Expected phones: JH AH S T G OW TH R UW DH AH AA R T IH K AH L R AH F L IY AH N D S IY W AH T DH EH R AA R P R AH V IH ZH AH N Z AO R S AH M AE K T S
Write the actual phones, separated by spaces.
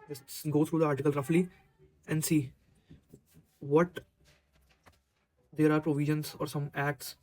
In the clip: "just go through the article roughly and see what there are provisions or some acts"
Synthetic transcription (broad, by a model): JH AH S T G OW T R UW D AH AA R T IH K AH L R AH F L IY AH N D S IY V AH T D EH R AA R P R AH V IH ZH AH N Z AO R S AH M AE K T S